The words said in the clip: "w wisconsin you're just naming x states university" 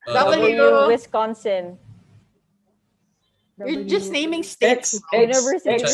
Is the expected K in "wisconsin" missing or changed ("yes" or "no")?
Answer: no